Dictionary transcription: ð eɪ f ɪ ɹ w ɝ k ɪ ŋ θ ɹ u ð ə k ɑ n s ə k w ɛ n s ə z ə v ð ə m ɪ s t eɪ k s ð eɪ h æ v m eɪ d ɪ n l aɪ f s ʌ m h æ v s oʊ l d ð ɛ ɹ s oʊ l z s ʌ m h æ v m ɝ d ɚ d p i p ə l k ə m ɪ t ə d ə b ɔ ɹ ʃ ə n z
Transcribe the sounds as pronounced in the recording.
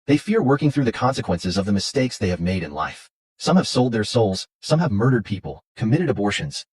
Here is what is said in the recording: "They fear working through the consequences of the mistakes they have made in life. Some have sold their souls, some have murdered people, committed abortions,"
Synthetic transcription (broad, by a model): ð eɪ f ɪ ɹ w ɝ k ɪ ŋ θ ɹ u ð ə k ɑ n s ə k w ɛ n s ə z ə v ð ə m ɪ s t eɪ k s ð eɪ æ v m eɪ d ɪ n l aɪ f s ʌ m h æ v s oʊ l d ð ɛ ɹ s oʊ l z s ʌ m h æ v m ɝ d ɚ d p i p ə l k ə m ɪ t ə d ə b ɔ ɹ ʃ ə n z